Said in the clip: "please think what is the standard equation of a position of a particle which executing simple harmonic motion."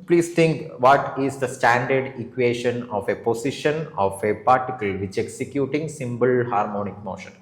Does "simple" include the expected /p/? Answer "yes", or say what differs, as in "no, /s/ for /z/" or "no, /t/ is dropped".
no, /b/ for /p/